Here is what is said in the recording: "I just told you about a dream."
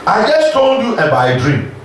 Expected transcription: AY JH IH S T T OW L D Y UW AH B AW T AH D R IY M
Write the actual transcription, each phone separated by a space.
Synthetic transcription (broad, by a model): AY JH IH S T T OW L D Y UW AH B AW AH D R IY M